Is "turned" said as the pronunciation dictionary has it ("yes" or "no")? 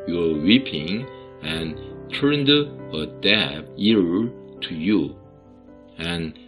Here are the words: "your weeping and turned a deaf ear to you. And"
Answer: yes